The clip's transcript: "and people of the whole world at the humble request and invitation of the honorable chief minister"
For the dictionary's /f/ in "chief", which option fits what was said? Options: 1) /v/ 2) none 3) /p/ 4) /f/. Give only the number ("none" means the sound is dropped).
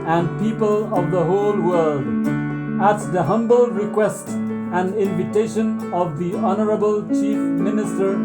4